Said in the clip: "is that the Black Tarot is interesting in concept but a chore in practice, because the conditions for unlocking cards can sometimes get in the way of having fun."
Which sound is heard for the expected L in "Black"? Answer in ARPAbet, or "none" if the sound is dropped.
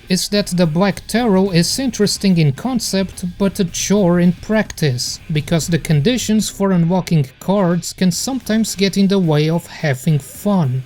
L